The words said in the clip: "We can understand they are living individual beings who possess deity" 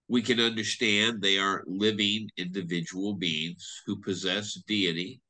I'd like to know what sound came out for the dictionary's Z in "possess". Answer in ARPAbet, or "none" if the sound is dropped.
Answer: Z